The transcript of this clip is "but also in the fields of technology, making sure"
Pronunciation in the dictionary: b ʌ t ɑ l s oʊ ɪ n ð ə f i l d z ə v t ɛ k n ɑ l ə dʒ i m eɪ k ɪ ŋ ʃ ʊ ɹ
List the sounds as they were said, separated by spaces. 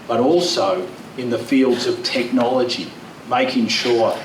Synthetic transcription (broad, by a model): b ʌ t ɑ l s oʊ ɪ n ð ə f i l d z ə v t ɛ k n ɑ l ə dʒ i m eɪ k ɪ ŋ ʃ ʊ ɹ